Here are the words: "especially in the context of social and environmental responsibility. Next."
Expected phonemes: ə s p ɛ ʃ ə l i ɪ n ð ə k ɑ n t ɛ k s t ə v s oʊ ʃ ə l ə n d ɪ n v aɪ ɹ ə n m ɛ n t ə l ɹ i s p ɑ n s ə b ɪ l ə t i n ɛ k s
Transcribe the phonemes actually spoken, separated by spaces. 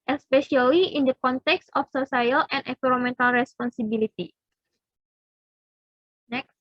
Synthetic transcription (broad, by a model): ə s p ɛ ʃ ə l i ɪ n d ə k ɑ n t ɛ k s t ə f s oʊ s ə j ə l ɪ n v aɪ ɹ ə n m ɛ n t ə l ɹ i s p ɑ n s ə b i l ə t i n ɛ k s